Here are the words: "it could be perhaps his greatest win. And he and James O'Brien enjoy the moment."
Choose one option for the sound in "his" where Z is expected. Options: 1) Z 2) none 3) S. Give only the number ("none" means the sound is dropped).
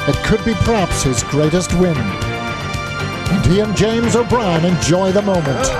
1